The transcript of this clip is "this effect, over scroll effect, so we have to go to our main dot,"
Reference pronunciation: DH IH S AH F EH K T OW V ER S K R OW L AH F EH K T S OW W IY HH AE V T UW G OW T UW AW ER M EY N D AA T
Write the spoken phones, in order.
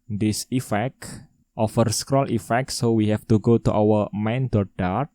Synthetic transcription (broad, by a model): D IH S AH F EH K T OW F ER S K R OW L AH F EH K T S OW W IY HH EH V T UW G OW T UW AW ER M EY N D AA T